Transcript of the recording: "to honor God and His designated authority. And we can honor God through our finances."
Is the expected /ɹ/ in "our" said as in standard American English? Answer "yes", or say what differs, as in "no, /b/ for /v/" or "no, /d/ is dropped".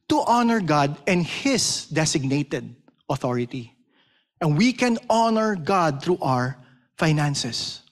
yes